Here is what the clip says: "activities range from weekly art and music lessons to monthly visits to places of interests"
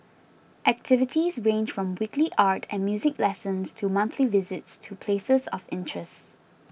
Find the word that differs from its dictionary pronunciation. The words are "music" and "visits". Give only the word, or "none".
none